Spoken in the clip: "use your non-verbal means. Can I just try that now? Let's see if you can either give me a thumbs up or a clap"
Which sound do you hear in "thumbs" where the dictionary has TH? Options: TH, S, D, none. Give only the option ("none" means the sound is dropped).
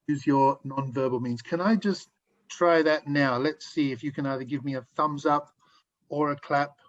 TH